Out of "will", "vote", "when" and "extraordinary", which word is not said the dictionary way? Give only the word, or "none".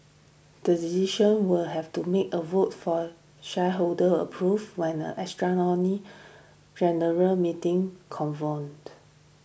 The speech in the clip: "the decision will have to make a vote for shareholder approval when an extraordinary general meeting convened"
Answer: extraordinary